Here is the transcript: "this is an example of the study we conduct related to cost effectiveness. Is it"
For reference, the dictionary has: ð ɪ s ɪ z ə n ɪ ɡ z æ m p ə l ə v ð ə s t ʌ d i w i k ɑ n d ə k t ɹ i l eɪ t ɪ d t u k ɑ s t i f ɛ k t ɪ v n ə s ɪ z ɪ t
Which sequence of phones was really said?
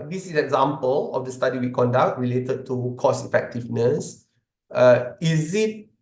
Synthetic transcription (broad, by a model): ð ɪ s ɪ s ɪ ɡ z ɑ m p ə l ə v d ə s t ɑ d i w i k ɑ n d ə k t ɹ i l eɪ t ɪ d t u k ɑ s i f ɛ k t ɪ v n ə s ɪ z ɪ t